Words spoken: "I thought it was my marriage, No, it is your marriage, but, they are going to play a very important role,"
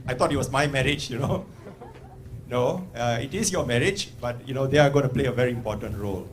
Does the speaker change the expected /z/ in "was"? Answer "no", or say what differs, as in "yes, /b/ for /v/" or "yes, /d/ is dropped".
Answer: yes, /s/ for /z/